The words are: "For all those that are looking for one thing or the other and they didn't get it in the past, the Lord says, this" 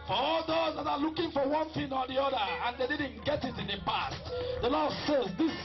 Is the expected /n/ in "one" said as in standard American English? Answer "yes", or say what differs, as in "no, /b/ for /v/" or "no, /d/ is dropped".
yes